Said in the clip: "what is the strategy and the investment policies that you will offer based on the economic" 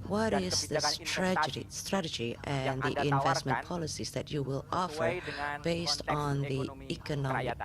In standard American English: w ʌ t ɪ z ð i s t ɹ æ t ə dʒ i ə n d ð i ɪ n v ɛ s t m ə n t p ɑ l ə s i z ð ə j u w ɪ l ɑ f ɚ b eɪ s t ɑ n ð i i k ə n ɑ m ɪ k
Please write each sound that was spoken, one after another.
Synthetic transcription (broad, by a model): w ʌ t ɪ z ð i s t ɹ æ t ə dʒ i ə n ð i ɪ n v ɛ s t m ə n p ɑ l ə s i z ð ə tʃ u w ɪ l ɑ f ɚ b eɪ s t n ð i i k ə n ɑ m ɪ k